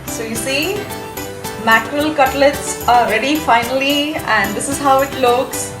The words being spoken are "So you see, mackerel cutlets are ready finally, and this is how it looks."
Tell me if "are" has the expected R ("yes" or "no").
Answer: no